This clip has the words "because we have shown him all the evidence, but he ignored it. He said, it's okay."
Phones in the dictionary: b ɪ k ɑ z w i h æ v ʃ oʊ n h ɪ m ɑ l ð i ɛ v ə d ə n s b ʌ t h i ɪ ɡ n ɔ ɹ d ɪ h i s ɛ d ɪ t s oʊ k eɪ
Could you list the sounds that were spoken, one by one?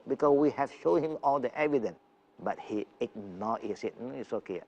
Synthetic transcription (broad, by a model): b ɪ k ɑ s w i h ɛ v ʃ oʊ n h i m ɑ l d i ɛ v ə d ə n s b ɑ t h i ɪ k n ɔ ɪ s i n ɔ ɪ t s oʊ k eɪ